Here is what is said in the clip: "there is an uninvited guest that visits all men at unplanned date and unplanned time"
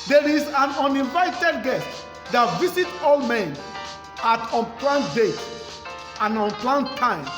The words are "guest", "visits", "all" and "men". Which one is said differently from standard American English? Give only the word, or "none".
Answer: visits